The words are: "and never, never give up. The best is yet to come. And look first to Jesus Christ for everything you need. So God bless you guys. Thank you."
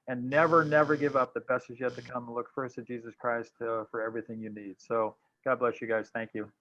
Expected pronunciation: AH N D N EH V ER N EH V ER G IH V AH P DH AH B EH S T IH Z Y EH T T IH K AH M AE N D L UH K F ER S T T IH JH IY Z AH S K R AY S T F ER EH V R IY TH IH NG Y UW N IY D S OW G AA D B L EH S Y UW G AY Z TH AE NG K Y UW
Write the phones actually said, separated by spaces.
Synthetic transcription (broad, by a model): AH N N EH V ER N EH V ER G IH V AH P DH AH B EH S IH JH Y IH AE T IH K AH M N L UH K F ER S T T IH JH IY Z AH S K R AY S T F ER EH V R IY TH IH NG Y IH N IY D S OW G AA D B L EH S Y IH G AY Z TH AE NG K Y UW